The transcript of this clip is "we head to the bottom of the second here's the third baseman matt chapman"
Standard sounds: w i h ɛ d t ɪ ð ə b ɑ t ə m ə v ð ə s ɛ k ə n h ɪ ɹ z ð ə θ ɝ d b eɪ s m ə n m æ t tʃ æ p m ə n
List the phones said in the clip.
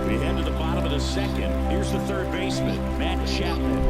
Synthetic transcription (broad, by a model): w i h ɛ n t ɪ ð ə b ɑ t ə m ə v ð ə s ɛ k ə n h ɪ ɹ z ð ə θ ɝ d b eɪ s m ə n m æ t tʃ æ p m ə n